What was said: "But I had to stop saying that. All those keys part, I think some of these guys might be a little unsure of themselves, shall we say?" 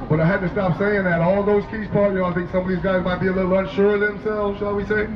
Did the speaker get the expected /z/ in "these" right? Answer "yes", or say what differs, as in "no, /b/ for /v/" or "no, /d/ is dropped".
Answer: yes